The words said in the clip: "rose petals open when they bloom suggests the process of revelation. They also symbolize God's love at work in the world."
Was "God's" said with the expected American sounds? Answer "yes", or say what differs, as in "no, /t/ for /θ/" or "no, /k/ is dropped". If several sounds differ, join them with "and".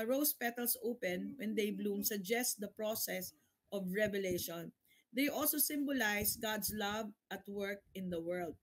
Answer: no, /s/ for /z/